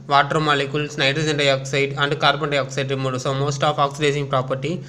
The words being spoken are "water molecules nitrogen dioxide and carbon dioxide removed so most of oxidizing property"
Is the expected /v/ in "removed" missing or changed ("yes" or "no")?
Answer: yes